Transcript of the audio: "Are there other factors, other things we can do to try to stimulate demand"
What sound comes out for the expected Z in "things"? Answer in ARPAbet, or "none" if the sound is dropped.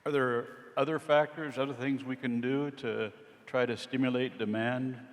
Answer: Z